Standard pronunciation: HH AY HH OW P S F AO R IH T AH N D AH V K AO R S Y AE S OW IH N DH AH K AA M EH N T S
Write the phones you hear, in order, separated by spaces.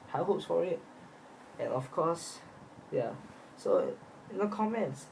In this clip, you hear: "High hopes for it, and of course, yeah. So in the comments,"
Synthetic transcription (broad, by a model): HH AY HH OW P S F AO R IH T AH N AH F K AO S Y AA S OW IH N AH K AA M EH N T S